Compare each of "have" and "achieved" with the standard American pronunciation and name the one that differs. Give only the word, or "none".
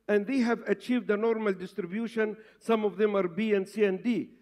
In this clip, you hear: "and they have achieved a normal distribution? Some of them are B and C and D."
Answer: none